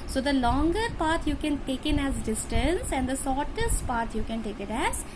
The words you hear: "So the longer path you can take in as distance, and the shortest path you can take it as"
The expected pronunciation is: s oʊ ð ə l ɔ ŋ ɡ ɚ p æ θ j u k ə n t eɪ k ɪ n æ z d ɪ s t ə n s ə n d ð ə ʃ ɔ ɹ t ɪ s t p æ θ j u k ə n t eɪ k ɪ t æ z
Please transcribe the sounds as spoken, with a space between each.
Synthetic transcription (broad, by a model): s oʊ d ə l ɔ ŋ ɡ ɚ p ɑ t j u k ə n t eɪ k ɪ n æ z d ɪ s t ə n s ə n d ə s ɔ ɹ t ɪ s t p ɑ t j u k ə n t eɪ k ɪ t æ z